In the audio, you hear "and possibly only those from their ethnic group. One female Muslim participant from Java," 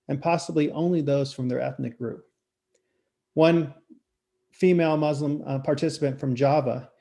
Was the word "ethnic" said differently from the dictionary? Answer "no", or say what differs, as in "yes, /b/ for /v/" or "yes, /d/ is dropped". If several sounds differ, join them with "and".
no